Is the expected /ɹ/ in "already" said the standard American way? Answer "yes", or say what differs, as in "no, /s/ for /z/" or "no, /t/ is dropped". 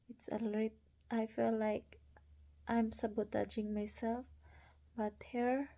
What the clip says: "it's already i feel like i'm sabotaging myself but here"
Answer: no, /ɹ/ is dropped